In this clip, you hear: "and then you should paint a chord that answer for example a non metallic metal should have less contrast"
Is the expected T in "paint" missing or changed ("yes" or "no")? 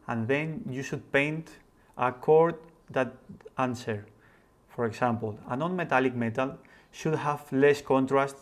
no